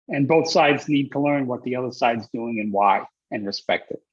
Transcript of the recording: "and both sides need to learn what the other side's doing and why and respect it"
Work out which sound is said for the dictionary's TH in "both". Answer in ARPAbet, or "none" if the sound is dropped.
TH